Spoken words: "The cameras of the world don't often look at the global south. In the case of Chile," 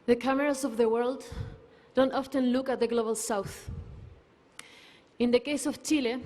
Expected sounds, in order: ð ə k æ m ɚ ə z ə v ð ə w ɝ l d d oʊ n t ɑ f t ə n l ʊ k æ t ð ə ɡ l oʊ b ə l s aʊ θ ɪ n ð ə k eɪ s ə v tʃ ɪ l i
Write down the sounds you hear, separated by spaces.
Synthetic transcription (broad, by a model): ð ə k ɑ m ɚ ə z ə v ð ə w ɝ l d d oʊ n t ɑ f t ə n l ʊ k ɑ t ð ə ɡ l oʊ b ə l s aʊ θ ɪ n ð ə k eɪ s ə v tʃ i l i